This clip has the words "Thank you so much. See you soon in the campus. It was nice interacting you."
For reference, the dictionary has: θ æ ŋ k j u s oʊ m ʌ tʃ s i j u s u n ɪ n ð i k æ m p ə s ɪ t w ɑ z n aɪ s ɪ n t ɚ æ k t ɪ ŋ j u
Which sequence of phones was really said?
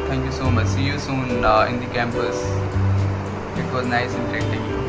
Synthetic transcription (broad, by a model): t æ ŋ k j u s oʊ m ʌ tʃ s i j u s u n ɪ n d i k æ m p ə s ɪ t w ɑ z n aɪ s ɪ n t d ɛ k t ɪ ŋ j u